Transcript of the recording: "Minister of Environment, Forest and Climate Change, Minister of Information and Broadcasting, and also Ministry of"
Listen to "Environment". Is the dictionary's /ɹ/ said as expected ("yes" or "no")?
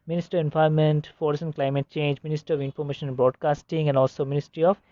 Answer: no